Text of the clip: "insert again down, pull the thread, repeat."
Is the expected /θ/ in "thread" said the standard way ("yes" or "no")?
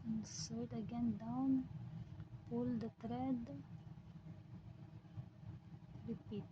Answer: no